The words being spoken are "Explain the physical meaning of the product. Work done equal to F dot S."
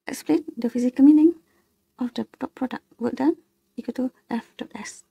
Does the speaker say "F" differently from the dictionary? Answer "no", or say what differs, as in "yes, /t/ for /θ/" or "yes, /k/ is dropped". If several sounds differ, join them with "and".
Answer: no